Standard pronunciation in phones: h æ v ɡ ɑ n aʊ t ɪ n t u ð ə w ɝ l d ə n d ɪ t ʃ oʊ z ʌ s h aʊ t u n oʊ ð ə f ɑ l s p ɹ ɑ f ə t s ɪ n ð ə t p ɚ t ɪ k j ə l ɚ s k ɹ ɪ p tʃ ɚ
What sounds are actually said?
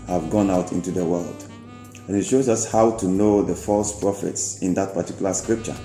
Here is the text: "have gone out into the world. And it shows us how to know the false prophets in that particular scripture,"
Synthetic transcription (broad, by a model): h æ v ɡ ɑ n aʊ t ɪ n t u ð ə w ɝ l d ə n ɪ t ʃ oʊ z ʌ s h aʊ t u n oʊ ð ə f ɑ l s p ɹ ɑ f ə t s ɪ n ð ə t p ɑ t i k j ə l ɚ s k ɹ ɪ p tʃ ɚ